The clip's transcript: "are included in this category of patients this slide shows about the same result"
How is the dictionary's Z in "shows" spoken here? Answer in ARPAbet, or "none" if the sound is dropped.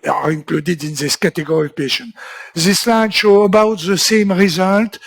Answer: none